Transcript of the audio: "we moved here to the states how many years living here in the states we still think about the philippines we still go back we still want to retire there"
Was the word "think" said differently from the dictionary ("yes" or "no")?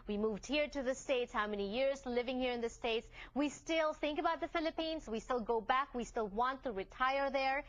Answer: no